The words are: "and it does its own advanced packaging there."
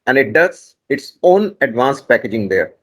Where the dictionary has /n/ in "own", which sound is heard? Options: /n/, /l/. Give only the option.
/n/